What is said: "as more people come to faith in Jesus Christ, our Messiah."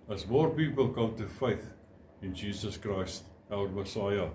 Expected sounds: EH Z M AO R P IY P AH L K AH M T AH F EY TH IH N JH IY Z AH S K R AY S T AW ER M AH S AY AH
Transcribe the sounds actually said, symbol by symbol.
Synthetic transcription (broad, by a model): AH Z M AO R P IY P AH L K AH M T AH F EY TH IH N JH IY Z AH S K R AY S T AW ER M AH S AY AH